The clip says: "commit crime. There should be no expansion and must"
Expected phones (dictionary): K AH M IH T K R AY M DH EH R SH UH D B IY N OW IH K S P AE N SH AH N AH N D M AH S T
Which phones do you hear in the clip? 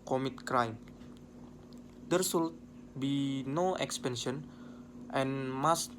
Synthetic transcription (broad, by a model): K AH M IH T K R AY M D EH R S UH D B IY N OW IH K S P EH N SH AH N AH N M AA S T